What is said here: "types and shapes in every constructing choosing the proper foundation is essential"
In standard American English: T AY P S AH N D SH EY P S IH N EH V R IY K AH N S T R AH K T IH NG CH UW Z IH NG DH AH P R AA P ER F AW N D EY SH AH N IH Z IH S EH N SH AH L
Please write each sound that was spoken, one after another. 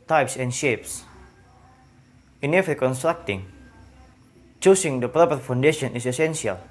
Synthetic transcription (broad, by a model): T AY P S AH N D SH EY P S IH N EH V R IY K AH N S T R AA K T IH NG CH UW S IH NG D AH P R AA P ER F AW N D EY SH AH N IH S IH S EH N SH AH L